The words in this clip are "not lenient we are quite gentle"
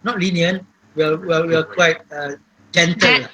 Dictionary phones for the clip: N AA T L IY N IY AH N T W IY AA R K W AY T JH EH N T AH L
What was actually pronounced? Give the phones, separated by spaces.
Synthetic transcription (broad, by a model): N AA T L IY N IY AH N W W IY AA W K W AY T JH EH N T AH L